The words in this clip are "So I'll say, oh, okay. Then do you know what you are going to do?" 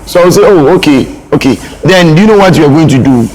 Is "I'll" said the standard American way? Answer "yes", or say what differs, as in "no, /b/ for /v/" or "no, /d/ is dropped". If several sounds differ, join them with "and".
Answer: no, /w/ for /l/